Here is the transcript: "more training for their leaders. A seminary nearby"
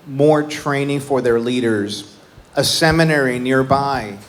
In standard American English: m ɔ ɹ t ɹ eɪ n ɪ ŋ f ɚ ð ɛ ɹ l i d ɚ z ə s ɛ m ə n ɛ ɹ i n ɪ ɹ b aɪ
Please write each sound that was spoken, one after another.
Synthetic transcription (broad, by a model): m ɔ ɹ t ɹ eɪ n ɪ ŋ f ɚ ð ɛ ɹ l i d ɚ z ə s ɛ m ə n ɛ ɹ i n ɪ ɹ b aɪ